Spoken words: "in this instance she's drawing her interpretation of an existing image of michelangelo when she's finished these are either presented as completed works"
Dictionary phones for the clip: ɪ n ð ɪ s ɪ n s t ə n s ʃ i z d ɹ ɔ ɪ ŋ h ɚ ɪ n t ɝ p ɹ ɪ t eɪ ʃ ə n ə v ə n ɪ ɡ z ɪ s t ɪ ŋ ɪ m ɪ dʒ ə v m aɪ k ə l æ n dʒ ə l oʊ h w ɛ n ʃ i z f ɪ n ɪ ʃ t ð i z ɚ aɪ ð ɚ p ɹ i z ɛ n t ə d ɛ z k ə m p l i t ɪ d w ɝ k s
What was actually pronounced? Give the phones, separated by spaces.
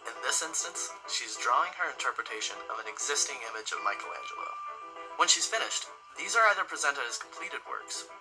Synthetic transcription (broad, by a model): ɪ n ð ɪ s ɪ n s t ə n s ʃ i z d ɹ ɔ ɪ ŋ ɚ ɪ n t ɝ p ɹ ɪ t eɪ ʃ ə n ə v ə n ɪ ɡ z ɪ s t ɪ ŋ ɪ m ɪ dʒ ə v m aɪ k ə l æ n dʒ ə w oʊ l w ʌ n ʃ i z f ɪ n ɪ ʃ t ð i z ɚ aɪ ð ɚ p ɹ i z ɛ n t ə d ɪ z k m p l i t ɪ d w ɝ k s